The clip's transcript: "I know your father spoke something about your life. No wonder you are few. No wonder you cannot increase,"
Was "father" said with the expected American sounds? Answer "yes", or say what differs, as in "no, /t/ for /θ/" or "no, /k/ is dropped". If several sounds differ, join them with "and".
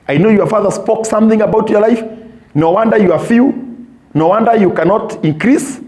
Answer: yes